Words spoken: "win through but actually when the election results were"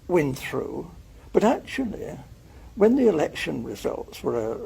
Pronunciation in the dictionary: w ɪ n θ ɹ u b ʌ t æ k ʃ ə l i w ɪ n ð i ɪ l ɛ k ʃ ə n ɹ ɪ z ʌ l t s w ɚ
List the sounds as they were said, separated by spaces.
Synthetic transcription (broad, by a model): w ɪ n θ ɹ u b ʌ t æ k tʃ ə l i w ɪ n ð i ɪ l ɛ k ʃ ə n ɹ ɪ z ʌ l t s w ɚ